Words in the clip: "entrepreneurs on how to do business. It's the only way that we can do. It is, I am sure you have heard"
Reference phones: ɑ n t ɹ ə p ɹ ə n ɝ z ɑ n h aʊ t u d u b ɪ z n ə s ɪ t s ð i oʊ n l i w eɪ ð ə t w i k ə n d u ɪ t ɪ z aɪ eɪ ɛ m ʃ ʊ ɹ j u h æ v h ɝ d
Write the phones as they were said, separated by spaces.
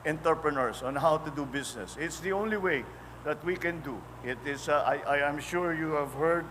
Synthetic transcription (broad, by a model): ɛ n t ɹ p ɹ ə n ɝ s ɑ n h aʊ t u d u b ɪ s n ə s ɪ t s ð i oʊ n l i w eɪ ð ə t w i k ə n d u ɪ t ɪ s aɪ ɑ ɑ m ʃ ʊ ɹ j u h æ v h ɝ d